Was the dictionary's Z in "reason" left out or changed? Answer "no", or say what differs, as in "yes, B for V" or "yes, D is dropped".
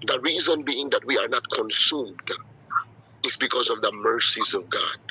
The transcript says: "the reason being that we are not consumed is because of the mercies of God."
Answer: no